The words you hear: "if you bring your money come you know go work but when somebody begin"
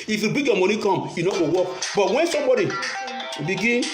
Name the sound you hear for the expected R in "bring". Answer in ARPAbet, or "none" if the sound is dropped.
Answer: none